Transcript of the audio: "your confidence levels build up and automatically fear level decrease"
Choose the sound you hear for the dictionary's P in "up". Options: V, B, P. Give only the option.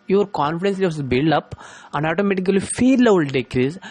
P